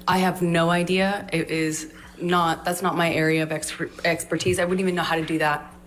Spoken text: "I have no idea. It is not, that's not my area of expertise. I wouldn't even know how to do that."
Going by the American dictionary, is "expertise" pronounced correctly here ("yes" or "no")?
yes